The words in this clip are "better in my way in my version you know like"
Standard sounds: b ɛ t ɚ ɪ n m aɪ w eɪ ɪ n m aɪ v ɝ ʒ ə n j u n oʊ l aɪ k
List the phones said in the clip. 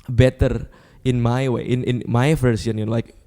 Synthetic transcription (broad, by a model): b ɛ t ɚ ɪ n m aɪ w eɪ ɪ n m aɪ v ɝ s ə n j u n l aɪ k